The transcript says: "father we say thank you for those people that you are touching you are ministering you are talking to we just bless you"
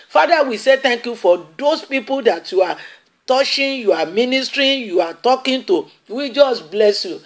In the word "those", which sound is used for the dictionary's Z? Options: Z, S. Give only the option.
S